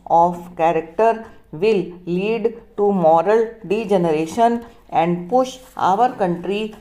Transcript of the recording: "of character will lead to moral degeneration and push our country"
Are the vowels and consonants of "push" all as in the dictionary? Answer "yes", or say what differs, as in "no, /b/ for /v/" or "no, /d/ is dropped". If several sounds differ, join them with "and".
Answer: yes